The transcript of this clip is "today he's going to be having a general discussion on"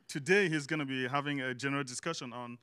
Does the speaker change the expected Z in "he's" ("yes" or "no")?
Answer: no